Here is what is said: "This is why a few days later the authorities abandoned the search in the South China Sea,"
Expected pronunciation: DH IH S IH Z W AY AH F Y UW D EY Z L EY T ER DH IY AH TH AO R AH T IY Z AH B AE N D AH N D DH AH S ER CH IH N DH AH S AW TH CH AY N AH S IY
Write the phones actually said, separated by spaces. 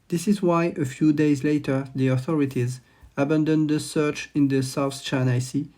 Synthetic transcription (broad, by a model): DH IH S IH Z W AY AH F Y UW D EY Z L EY T ER DH IY AH TH AO R AH T IY Z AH B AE N D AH N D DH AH S ER CH IH N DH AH S AW TH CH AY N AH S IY